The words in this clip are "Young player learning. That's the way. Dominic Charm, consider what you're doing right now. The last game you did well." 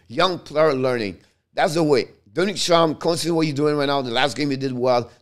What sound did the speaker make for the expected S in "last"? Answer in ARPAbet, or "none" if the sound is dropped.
S